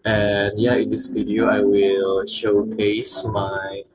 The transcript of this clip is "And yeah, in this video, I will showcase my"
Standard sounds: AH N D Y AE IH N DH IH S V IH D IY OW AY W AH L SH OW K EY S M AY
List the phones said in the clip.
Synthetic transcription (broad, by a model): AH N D Y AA IH N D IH S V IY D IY OW AY W AH L SH OW K EY S M AY